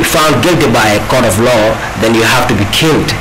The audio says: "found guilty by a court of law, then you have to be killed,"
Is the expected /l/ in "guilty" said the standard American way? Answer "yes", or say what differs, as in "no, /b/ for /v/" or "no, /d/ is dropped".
yes